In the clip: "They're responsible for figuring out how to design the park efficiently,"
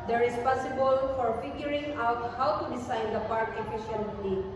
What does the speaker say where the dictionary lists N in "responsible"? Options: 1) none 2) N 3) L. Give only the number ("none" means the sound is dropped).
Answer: 1